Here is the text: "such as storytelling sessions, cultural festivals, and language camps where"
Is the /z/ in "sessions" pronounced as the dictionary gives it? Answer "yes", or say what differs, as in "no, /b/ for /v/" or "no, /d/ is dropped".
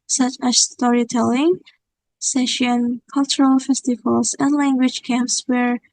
no, /z/ is dropped